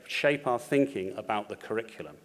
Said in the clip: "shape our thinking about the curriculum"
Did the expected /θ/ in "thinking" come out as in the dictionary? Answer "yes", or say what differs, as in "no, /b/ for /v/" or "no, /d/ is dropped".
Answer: yes